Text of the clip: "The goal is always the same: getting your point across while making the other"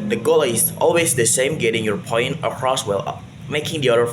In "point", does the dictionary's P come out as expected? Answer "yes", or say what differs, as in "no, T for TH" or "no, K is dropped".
yes